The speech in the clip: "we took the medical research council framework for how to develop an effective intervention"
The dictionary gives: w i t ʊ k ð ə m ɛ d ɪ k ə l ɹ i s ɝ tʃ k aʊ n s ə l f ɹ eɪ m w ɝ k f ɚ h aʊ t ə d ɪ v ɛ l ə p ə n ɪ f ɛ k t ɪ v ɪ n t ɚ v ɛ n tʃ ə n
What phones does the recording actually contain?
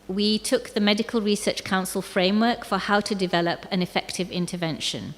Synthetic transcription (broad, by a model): w i t ʊ k ð ə m ɛ d ɪ k ə l ɹ i s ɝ tʃ k aʊ n s ə l f ɹ eɪ m w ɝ k f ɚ h aʊ t ə d ɪ v ɛ l ə p ə n ɪ f ɛ k t ɪ v ɪ n t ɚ v ɛ n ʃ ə n